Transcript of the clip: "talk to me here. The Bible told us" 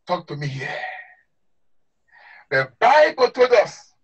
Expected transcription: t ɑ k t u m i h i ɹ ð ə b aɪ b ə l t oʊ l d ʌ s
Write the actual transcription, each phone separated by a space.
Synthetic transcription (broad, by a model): t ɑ k t u m i h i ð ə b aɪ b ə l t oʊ d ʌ s